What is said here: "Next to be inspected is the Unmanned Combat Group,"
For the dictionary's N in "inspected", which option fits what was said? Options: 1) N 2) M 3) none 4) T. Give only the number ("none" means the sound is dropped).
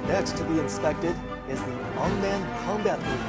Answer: 1